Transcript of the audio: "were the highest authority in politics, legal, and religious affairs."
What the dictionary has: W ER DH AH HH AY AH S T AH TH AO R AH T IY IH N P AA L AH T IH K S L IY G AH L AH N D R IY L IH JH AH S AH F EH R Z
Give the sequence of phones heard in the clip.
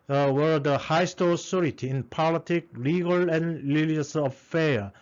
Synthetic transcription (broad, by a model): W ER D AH HH AY S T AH S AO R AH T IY IH N P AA L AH T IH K L IY G AH L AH N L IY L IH AH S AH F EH